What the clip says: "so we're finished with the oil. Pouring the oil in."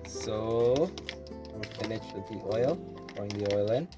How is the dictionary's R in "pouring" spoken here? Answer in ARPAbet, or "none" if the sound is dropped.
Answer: none